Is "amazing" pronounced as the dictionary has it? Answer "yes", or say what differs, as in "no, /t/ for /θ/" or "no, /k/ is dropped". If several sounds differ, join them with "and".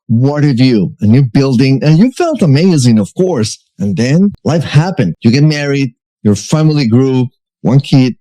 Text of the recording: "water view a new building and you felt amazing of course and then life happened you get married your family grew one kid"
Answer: yes